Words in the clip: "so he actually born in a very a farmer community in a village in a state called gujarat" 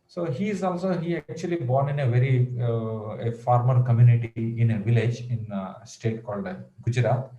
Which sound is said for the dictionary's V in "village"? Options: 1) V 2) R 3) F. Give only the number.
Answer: 1